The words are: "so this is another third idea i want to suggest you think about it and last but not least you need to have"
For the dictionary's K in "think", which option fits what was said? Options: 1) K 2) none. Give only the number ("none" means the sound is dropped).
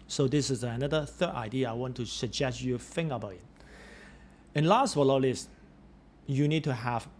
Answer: 2